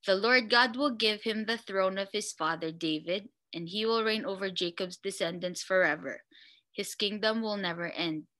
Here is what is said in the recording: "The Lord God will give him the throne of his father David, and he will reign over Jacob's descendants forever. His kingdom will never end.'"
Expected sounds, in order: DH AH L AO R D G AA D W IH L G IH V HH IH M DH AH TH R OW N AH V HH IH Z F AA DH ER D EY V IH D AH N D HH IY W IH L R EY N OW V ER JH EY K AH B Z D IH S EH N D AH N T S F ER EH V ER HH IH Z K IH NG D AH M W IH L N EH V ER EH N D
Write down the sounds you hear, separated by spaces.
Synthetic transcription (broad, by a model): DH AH L AO R D G AA D W IH L G IH V HH IH M DH AH TH R OW N AH V HH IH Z F AA DH ER D EY V IH D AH N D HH IY W IH L R EY N OW V ER JH EY K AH B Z D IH S EH N D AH N S F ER EH V ER HH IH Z K IH NG D AH M W IH L N EH V ER EH N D